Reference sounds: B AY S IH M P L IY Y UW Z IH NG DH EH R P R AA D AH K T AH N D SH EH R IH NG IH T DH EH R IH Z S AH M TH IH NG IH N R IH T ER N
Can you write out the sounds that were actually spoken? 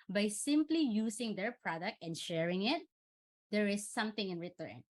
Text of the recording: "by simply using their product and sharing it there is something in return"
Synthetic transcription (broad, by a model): B AY S IH M P L IY Y UW S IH NG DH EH R P R AA D AH K T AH N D SH EH R IH NG IH T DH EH R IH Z S AH M TH IH NG IH N R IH T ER N